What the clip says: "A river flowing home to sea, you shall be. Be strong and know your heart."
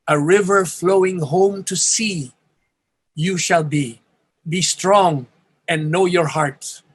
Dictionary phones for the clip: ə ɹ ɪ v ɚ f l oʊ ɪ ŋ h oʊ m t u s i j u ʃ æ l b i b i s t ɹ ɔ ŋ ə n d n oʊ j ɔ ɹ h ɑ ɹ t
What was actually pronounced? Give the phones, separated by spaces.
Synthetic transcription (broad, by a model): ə ɹ ɪ v ɚ f l oʊ ɪ ŋ h oʊ m t u s i j u ʃ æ l b i b i s t ɹ ɔ ŋ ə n n oʊ j ɔ ɹ h ɑ ɹ t